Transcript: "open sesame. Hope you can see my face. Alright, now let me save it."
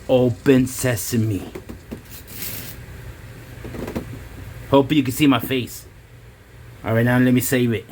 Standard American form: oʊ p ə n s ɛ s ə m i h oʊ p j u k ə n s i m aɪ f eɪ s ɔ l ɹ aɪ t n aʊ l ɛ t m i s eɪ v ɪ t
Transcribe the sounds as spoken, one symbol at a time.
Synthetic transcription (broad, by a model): oʊ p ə n s ɛ s ə m i h oʊ p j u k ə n s i m aɪ f eɪ s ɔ ɹ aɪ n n l ɛ t m i s eɪ v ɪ t